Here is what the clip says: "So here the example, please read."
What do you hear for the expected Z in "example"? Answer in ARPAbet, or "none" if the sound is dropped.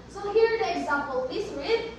Z